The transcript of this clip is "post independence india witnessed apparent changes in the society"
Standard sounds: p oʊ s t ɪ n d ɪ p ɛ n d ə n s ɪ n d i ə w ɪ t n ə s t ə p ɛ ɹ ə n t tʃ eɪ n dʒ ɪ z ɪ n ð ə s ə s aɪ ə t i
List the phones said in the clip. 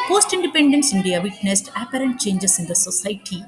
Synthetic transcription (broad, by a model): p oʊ s t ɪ n d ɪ p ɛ n d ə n s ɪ n d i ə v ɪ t n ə s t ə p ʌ ɹ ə n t tʃ eɪ n dʒ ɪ s ɪ n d ə s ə s aɪ t i